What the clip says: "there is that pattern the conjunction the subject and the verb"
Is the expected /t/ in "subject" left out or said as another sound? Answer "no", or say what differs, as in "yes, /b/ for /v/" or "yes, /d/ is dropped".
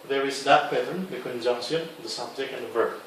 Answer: yes, /t/ is dropped